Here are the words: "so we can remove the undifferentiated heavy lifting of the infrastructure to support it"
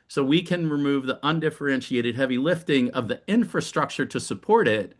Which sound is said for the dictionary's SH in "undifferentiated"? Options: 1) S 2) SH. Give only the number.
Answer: 2